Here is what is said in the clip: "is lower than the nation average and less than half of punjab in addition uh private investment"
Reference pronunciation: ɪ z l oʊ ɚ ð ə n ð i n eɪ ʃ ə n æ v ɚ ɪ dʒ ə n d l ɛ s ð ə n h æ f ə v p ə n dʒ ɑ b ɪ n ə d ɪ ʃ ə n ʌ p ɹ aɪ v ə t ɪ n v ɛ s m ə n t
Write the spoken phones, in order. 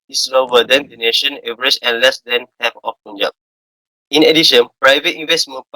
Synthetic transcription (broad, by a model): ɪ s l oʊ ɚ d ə n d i n eɪ ʃ ə n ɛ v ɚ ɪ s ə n l ɛ s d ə n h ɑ p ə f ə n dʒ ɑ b ɪ n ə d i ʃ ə n p ɹ aɪ v ə t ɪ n v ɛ s m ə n